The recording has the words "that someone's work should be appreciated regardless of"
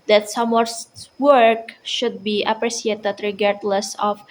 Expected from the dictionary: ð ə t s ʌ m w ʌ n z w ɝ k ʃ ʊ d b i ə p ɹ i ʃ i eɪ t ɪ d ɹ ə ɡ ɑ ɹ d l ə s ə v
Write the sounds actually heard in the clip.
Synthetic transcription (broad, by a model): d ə t s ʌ m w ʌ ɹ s w ɝ k ʃ ʊ d b i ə p ɹ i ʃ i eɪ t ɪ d ɹ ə ɡ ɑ ɹ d l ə s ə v